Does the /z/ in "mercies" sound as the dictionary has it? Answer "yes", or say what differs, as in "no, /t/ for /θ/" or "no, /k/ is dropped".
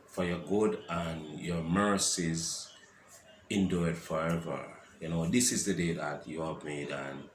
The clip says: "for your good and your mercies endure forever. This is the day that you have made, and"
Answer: yes